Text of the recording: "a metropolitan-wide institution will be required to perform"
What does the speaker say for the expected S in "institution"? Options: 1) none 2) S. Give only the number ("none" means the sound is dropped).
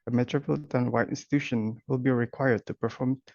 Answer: 2